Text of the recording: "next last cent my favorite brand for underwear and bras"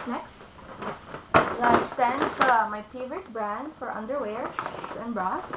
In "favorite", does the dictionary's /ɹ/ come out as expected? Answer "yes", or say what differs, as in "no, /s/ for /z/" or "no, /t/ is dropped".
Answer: yes